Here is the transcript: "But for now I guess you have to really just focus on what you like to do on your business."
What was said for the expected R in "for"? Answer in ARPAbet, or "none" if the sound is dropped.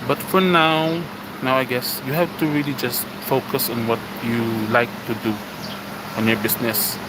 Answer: W